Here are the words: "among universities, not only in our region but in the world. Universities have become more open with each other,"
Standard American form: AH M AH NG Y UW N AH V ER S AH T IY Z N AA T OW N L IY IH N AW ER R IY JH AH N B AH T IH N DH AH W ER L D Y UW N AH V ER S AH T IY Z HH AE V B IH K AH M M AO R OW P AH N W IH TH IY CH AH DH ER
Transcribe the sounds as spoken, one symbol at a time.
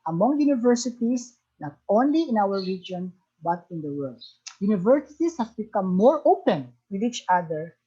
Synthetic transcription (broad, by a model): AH M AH NG Y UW N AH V ER S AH T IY S N AA T OW N L IY IH N AW ER R IY JH AH N B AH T IH N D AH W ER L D Y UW N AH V ER S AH T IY S HH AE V B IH K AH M M AO R OW P AH N W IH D IY CH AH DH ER